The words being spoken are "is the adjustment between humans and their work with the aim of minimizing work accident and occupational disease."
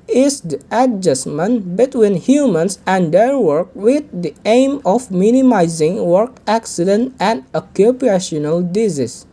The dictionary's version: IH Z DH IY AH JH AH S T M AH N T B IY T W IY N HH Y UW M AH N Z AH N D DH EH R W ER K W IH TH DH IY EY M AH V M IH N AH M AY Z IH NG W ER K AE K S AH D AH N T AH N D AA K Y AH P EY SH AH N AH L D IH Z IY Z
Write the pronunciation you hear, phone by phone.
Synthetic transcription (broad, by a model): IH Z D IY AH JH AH S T M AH N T B IY T W IY N HH Y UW M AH N S AH N D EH R W ER K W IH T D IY EY M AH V M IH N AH M AY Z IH NG W ER K AE K S AH D AH N T AH N D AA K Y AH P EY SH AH N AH L D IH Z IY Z